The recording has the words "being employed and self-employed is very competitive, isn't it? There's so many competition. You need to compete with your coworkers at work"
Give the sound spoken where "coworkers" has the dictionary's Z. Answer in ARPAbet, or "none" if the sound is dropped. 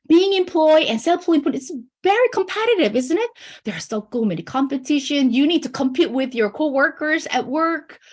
Z